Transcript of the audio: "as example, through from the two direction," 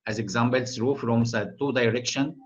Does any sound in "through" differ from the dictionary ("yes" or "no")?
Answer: yes